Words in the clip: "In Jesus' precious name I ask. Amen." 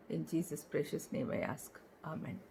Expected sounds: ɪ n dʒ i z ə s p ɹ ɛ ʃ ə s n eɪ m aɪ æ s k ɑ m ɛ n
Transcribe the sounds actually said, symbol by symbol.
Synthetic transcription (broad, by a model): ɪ n dʒ i z ə s p ɹ ɛ ʃ ə s n eɪ m aɪ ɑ s k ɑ m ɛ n